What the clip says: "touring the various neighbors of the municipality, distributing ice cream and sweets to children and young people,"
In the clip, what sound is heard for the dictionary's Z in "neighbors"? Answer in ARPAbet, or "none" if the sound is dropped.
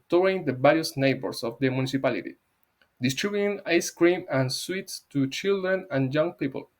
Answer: S